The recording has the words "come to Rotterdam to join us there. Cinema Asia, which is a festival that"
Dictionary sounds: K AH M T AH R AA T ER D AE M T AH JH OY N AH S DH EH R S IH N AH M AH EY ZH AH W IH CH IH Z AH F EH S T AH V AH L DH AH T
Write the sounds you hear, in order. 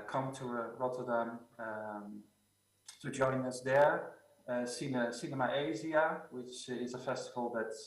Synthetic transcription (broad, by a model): K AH M T AH R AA T ER D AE M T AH JH OY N AH S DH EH R S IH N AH M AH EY Z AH W IH CH IH Z AH F EH S T AH V AH L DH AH T